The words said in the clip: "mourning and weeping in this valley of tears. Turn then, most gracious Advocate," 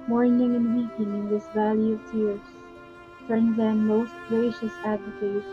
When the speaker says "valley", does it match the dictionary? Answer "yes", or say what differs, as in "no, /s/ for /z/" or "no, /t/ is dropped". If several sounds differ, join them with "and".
yes